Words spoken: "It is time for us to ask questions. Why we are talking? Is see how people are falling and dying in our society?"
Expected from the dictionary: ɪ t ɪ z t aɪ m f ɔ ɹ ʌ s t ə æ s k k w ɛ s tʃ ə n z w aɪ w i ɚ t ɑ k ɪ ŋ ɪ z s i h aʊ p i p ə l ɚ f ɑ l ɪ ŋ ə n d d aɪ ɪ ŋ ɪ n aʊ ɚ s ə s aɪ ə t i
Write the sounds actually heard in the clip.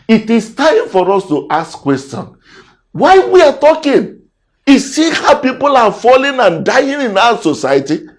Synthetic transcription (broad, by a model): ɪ t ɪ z t aɪ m f ɔ ɹ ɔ s t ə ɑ s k k w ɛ s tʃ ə n w aɪ w i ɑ t ɑ k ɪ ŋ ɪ s i h aʊ p i p ə l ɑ f ɑ l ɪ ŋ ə n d d aɪ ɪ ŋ ɪ n aʊ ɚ s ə s aɪ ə t i